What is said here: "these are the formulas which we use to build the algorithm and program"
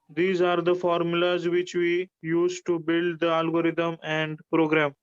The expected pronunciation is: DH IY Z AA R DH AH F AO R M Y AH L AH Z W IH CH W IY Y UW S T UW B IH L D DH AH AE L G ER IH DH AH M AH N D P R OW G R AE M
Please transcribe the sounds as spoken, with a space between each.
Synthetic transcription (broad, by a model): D IY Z AA R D AH F AO R M Y AH L AH Z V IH CH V IY Y UW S T UW B IH L D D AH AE L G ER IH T AH M AH N D P R OW G R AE M